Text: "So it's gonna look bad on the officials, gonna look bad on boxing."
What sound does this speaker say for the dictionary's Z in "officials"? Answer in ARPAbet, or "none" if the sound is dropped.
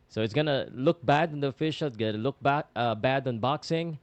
none